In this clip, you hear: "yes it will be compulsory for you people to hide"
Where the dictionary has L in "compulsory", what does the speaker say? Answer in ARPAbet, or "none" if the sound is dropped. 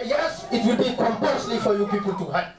N